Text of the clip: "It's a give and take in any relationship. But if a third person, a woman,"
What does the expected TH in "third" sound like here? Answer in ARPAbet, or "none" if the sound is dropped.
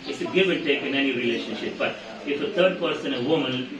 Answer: T